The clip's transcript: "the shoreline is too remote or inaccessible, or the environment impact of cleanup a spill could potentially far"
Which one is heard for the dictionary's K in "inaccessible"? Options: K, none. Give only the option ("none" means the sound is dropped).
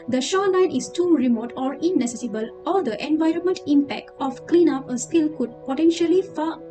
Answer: none